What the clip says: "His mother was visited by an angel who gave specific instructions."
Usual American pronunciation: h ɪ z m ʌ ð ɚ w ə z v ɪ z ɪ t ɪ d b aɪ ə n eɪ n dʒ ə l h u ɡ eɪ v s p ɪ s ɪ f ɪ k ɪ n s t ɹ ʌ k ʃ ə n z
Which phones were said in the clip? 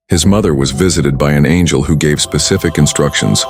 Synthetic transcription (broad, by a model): h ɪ z m ʌ ð ɚ w ə z v ɪ z ɪ t ɪ d b aɪ ə n eɪ n dʒ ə l h u ɡ eɪ v s p ɪ s ɪ f ɪ k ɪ n s t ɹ ʌ k ʃ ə n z